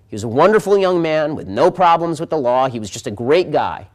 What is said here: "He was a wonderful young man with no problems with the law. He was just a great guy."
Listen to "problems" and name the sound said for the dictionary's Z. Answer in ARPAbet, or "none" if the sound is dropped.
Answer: Z